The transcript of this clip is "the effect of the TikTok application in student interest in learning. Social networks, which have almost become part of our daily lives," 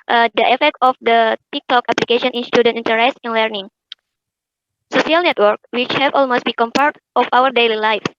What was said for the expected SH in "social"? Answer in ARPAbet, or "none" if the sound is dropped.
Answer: S